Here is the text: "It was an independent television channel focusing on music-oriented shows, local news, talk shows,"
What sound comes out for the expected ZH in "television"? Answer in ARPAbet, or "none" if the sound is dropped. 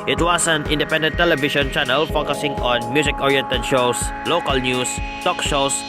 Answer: SH